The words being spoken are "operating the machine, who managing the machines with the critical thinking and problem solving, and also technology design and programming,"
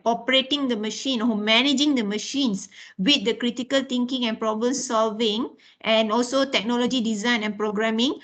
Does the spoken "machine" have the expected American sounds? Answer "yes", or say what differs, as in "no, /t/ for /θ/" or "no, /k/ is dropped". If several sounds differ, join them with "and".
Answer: yes